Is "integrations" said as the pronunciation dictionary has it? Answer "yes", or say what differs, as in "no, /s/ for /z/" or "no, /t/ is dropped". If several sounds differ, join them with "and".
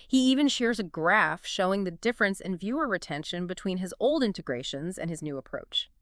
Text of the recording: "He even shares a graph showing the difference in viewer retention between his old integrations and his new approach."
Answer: yes